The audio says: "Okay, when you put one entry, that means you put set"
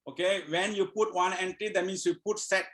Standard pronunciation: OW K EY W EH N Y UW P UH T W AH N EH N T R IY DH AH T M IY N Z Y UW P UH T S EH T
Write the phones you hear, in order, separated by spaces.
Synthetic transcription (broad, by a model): OW K EY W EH N Y UW P UH T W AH N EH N T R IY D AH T M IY N S Y UW P UH T S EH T